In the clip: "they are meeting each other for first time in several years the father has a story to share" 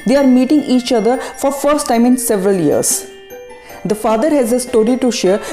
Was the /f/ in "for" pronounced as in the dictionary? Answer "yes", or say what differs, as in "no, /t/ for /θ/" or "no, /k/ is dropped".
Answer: yes